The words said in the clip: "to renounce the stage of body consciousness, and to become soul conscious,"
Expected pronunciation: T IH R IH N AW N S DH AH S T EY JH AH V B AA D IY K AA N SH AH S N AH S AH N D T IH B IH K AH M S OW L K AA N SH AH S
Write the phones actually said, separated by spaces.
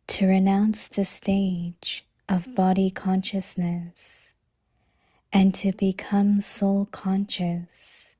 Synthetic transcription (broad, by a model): T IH R IH N AW N S DH AH S T EY JH AH V B AA D IY K AA N SH AH S N AH S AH N T IH B IH K AH M S OW L K AA N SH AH S